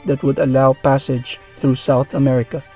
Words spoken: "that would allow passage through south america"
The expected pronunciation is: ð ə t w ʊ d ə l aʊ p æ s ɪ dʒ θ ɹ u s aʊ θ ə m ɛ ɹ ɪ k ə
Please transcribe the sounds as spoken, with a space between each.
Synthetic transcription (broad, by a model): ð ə t w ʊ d ə l aʊ p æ s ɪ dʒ θ ɹ u s aʊ θ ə m ɛ ɹ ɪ k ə